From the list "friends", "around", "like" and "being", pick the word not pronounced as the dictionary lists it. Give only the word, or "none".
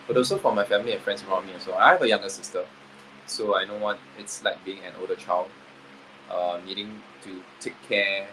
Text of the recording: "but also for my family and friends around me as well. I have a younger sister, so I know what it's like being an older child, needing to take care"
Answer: friends